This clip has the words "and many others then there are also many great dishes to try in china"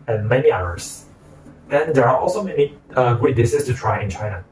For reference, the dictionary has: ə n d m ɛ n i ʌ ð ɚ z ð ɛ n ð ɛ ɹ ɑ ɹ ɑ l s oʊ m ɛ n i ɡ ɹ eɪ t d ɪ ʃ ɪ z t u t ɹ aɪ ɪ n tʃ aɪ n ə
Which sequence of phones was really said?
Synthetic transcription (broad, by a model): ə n m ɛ n i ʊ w ɚ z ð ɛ n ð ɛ ɹ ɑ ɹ ɑ l s oʊ m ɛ n i ɡ ʊ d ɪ s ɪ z t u t ɹ aɪ ɪ n tʃ aɪ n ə